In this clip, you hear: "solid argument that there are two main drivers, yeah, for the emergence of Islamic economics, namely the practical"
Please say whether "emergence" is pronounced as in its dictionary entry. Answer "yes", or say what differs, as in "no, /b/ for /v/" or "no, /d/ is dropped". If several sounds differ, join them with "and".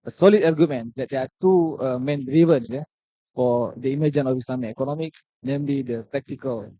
no, /s/ is dropped